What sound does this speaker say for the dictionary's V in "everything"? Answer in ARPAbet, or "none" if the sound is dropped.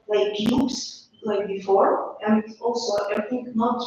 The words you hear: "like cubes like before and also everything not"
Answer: none